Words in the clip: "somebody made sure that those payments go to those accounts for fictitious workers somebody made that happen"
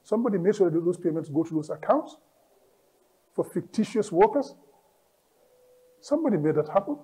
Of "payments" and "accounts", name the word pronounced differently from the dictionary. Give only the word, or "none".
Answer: none